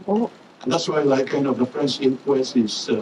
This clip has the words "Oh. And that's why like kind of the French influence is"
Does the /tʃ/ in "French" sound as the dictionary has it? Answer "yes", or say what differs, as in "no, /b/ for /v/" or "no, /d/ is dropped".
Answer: no, /s/ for /tʃ/